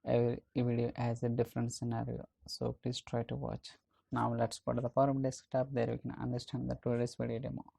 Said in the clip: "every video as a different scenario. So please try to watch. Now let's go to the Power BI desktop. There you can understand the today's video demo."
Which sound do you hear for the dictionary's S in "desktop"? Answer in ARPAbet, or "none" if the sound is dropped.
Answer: S